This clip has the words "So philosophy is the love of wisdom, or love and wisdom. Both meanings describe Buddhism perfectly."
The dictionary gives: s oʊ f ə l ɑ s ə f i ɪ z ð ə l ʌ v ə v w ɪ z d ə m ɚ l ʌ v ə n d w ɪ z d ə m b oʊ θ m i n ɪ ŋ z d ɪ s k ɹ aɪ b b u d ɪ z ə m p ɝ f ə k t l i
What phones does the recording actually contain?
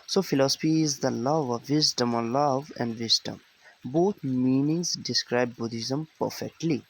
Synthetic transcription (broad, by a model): s oʊ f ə l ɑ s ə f i ɪ z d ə l ʌ v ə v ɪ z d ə m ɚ l ʌ v ə n d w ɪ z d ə m b oʊ t m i n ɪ ŋ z d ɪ s k ɹ aɪ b b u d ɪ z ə m p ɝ f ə k t l i